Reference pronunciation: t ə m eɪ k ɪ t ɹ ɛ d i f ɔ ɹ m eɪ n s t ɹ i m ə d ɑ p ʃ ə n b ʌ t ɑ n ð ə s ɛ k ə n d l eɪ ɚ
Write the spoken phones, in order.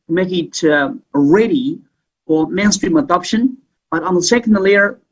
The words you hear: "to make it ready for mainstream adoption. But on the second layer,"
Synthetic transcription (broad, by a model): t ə m eɪ k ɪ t ɹ ɛ d i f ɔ l m eɪ n s t ɹ i m ə d ɑ p ʃ ə n b ʌ t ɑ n ð ə s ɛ k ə n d l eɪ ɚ